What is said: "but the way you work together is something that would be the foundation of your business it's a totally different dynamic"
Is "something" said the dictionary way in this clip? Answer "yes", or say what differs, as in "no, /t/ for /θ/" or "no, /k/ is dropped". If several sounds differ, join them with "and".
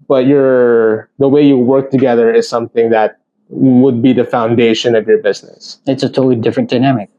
yes